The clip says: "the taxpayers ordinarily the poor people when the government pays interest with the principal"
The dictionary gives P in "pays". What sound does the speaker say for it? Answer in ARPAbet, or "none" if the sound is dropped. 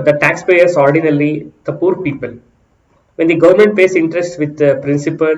F